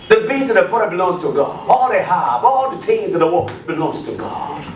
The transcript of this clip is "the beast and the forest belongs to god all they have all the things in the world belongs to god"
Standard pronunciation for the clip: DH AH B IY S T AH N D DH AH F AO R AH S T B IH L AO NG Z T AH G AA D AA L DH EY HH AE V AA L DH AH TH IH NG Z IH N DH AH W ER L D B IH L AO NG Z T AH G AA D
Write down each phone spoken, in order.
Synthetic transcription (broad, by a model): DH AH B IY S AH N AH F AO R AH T B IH L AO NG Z T AH G AA D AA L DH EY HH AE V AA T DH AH T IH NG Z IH DH AH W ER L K B IH L AO NG Z T AH G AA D